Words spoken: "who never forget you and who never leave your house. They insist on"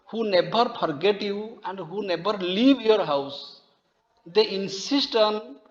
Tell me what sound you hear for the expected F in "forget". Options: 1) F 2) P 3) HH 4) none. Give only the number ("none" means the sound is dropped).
2